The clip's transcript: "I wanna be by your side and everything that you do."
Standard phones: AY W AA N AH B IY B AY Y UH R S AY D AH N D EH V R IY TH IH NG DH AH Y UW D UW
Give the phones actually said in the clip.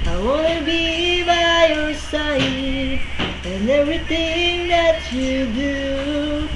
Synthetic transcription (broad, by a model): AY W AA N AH B IY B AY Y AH R S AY AH N EH V R IY TH IH NG DH AH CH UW D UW